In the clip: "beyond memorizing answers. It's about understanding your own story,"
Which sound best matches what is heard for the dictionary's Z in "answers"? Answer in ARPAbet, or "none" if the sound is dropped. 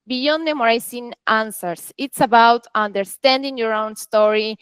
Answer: S